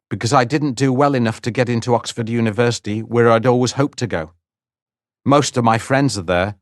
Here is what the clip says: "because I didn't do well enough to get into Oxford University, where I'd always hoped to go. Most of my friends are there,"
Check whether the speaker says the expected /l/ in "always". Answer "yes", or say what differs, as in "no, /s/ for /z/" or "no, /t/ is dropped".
yes